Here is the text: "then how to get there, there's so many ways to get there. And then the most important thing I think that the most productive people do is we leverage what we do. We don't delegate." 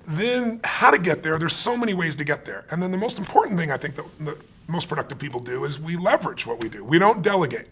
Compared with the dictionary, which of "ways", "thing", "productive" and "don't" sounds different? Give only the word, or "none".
none